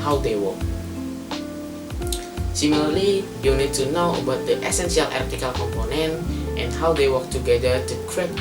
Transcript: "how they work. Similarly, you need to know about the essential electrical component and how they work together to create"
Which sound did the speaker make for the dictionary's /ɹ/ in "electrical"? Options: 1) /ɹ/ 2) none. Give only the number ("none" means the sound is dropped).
2